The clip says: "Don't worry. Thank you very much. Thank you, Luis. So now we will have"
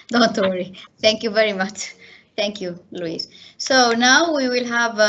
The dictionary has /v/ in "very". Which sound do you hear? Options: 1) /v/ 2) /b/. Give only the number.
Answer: 1